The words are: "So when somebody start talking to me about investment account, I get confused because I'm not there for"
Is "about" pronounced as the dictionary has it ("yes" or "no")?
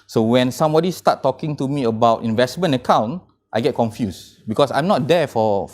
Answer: yes